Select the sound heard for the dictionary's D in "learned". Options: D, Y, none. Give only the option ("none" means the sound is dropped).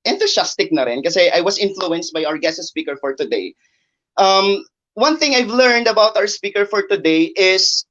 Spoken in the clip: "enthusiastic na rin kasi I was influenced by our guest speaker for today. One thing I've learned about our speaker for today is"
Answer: D